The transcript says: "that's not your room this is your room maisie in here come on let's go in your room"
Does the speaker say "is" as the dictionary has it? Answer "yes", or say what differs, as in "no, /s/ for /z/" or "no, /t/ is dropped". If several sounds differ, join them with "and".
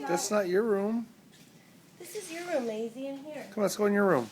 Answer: yes